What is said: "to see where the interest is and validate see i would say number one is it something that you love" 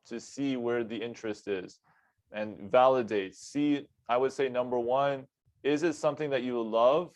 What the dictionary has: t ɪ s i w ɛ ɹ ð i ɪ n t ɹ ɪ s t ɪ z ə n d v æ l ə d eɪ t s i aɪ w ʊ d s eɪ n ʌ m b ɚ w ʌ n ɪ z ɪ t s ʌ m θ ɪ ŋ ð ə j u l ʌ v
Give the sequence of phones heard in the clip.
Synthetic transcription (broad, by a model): t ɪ s i w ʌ ɹ ð i ɪ n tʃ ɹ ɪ s t ɪ z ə n v æ l ə d eɪ t s i aɪ w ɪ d s eɪ n ʌ m b ɚ w ʌ n ɪ z ɪ t s ʌ m θ ɪ ŋ ð ə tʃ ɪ l ʌ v